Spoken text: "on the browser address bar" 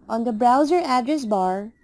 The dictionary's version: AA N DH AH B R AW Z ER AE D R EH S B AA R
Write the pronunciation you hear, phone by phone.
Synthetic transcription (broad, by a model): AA N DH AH B R AW Z ER AE D R EH S B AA R